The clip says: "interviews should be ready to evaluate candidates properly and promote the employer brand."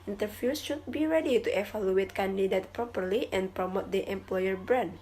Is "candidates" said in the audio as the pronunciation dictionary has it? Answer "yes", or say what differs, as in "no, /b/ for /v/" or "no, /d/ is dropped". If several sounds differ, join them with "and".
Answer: no, /s/ is dropped